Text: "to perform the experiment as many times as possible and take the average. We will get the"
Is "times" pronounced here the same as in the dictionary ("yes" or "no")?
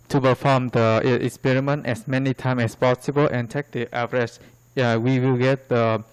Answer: no